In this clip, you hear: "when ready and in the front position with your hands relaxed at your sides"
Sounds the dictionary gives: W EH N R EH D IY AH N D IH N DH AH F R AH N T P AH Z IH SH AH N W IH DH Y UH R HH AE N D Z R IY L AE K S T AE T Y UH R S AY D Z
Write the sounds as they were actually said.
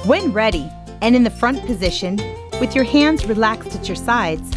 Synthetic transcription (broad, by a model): W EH N R EH D IY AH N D IH N DH AH F R AH N P AH Z IH SH AH N W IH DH Y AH R HH AE N D Z R IY L AE K S T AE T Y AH R S AY D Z